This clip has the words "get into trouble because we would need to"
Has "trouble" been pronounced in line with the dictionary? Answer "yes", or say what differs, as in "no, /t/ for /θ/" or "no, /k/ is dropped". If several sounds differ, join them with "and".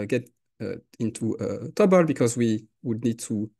no, /ɹ/ is dropped